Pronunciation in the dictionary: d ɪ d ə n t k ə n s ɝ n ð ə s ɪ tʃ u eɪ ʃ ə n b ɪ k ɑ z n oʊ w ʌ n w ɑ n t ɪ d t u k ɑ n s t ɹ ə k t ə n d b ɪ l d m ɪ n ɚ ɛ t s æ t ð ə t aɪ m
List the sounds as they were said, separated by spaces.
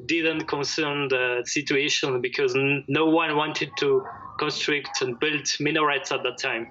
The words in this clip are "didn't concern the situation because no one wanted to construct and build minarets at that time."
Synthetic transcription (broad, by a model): d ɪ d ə n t k ə n s ɝ n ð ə s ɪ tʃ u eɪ ʃ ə n b ɪ k ɑ z n oʊ w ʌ n w ɑ n t ɪ d t u k ɑ n s t ɹ ə k t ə n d b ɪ l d m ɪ n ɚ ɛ t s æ t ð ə t aɪ m